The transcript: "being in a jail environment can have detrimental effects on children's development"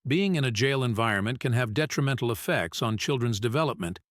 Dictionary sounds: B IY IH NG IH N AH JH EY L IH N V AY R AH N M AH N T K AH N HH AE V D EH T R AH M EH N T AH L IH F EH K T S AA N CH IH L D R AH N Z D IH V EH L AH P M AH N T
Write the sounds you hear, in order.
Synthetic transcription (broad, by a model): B IY IH NG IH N AH JH EY L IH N V AY R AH N M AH N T K AH N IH V D EH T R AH M EH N T L IH F EH K T S N CH IH L D R AH N Z D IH V EH L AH P M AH N T